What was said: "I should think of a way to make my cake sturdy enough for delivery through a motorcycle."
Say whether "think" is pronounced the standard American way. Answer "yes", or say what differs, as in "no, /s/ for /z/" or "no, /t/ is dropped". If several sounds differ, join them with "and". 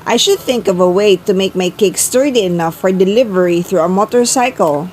yes